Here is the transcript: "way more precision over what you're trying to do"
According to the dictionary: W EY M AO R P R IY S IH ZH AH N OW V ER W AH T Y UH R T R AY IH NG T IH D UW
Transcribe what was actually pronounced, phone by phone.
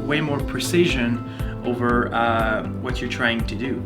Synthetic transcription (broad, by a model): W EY M AO R P R IY S IH ZH AH N OW V ER W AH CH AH R T R AY IH NG T IH D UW